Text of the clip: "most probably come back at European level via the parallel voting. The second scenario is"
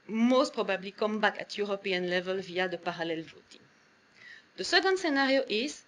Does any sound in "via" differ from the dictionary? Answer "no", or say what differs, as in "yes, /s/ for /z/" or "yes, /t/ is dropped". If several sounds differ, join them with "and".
no